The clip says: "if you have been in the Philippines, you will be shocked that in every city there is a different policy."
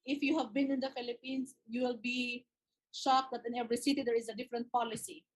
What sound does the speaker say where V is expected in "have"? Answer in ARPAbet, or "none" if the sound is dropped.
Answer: V